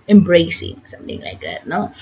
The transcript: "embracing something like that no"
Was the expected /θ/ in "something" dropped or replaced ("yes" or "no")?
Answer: no